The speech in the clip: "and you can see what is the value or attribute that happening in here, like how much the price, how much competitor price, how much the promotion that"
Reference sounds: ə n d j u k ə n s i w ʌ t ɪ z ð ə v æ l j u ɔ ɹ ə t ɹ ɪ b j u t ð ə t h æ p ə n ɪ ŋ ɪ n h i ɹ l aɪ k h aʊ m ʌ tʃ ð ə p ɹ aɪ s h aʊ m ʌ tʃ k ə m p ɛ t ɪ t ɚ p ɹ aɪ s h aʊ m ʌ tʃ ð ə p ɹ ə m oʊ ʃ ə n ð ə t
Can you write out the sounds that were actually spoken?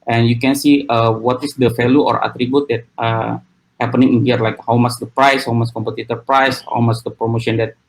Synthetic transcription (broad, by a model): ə n j u k ə n s i w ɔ t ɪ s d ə f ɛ l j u ɔ ɹ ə t ɹ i b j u t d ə t h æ p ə n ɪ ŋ ɪ n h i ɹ l aɪ k h aʊ m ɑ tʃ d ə p ɹ aɪ s h aʊ m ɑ s k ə m p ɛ t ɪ t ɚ p ɹ aɪ s h aʊ m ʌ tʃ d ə p ɹ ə m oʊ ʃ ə n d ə t